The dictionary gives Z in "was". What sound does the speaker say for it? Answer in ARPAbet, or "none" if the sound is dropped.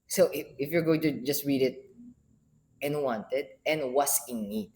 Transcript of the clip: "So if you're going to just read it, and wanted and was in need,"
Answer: S